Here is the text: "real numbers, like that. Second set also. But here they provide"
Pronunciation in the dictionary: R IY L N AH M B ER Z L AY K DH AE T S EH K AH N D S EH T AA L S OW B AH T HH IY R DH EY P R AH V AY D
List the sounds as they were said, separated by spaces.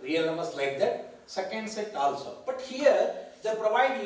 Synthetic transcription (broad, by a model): R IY L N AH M ER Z L AY K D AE T S EH K AH N D S EH T AA L S OW B AH T HH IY R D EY P R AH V AY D